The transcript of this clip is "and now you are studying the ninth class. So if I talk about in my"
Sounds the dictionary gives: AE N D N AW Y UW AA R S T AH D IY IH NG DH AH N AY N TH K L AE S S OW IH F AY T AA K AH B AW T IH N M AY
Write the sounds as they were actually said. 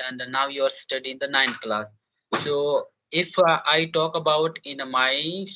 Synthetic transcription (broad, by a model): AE N D N AW Y UW AA R S T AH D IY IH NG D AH N AY N T K L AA S S OW IH F AY T AA K AH B AW T IH N M AY